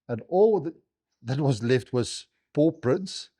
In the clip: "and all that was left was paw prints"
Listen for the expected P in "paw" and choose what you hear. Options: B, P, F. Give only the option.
P